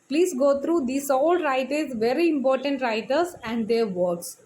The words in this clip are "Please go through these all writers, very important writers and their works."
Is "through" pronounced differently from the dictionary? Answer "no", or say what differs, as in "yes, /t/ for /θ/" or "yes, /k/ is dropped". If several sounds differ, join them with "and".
yes, /t/ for /θ/